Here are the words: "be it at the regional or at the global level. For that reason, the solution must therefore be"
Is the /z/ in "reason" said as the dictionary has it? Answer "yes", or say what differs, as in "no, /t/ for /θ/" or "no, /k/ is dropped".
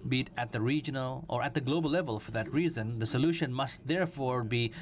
yes